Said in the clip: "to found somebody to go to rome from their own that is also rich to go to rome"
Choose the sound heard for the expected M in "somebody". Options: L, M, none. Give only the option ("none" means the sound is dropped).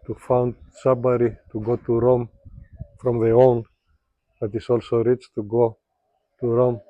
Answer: none